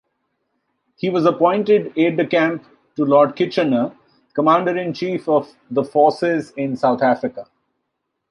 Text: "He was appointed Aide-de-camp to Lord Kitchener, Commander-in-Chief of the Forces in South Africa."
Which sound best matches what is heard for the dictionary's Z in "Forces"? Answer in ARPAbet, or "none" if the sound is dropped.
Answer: Z